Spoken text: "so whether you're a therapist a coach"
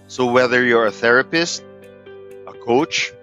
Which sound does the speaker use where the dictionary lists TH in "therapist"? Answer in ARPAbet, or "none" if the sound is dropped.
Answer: TH